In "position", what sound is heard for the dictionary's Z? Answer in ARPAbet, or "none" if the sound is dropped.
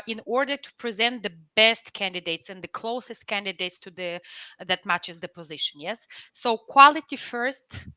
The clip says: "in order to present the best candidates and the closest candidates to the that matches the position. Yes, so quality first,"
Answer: Z